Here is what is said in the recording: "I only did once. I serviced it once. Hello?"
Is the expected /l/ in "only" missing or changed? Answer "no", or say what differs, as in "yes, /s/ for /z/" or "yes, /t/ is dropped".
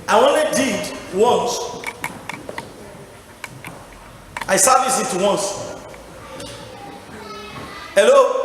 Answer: yes, /l/ is dropped